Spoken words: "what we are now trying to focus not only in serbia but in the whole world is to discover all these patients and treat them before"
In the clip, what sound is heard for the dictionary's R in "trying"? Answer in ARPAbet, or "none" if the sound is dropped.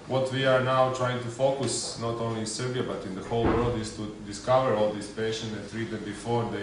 R